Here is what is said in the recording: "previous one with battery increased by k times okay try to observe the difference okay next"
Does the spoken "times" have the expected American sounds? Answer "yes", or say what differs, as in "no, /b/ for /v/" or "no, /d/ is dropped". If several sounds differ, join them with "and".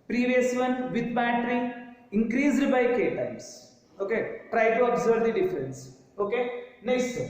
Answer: no, /s/ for /z/